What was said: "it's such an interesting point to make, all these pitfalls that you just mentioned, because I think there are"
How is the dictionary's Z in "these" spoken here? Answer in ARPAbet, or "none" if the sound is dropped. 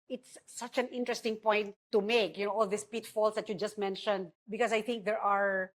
S